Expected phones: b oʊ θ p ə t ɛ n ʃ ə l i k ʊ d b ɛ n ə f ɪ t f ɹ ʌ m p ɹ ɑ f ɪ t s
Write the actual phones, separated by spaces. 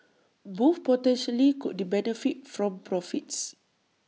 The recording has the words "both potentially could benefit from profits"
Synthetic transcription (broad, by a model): b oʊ f p ə t ɛ n ʃ ə l i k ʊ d b ɛ n ə f ɪ t f ɹ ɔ m p ɹ ɑ f ɪ t s